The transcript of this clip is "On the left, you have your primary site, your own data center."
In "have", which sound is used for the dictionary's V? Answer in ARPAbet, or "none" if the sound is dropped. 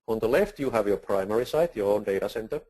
V